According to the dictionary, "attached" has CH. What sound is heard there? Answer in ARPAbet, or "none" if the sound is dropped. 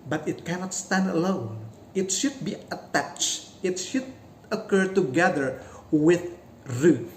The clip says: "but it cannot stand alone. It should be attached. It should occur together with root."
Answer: CH